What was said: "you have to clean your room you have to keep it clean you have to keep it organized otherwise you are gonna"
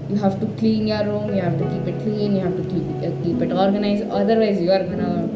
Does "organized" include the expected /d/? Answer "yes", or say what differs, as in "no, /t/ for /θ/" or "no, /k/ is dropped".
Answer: no, /d/ is dropped